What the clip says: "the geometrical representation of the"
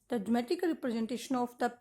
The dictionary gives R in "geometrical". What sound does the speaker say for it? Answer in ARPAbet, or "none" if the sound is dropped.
none